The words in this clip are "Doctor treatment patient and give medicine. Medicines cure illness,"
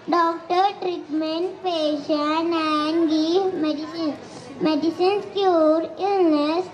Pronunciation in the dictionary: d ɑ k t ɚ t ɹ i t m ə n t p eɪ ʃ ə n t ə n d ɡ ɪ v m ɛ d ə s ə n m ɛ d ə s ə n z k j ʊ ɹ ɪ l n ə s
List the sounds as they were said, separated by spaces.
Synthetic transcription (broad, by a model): d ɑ k t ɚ t ɹ i t m ə n t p eɪ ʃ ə n ə n d ɡ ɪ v m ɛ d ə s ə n m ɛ d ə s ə n s k j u ɹ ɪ l n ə s